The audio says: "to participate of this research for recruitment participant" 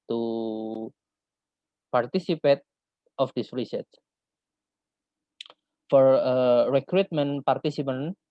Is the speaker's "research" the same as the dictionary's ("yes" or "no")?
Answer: no